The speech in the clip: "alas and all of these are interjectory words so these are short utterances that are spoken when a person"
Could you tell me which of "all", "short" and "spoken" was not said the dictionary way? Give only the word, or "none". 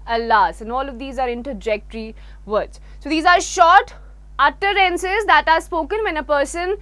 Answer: none